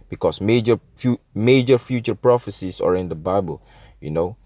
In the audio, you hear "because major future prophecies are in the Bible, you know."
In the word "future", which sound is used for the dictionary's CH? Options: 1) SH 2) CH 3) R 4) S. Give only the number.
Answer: 2